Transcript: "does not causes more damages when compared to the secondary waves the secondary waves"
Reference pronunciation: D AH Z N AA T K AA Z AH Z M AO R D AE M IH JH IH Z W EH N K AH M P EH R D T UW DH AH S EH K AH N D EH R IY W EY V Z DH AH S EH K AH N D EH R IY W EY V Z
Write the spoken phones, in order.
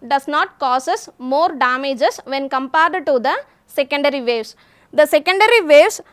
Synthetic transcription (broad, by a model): D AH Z N AA T K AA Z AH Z M AO R D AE M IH JH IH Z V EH N K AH M P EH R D T UW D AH S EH K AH N D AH R IY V EY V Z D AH S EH K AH N D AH R IY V EY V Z